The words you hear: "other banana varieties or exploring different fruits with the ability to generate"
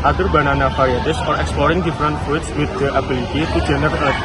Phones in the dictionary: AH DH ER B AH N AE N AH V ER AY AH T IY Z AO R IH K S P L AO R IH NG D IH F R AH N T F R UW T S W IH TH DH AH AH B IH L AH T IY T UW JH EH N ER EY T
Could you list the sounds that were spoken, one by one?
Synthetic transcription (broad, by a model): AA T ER B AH N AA N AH F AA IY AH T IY S AO R IH K S P L AO R IH NG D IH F R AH N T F UW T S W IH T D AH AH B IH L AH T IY T UW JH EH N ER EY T